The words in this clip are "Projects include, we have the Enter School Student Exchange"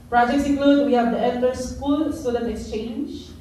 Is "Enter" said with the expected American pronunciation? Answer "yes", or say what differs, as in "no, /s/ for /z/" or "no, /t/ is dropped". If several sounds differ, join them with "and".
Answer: no, /l/ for /n/